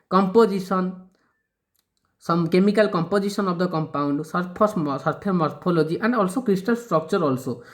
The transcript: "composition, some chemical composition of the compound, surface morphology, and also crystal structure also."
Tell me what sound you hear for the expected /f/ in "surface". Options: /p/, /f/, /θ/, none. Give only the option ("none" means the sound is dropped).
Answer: /p/